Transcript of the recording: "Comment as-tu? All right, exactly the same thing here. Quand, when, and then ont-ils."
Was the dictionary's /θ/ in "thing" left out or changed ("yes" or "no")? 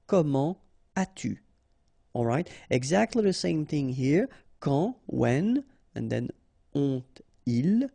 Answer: no